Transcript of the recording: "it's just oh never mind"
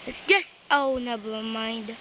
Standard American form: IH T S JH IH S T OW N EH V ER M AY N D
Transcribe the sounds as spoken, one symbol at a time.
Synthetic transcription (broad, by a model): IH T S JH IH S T OW N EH B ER M AY N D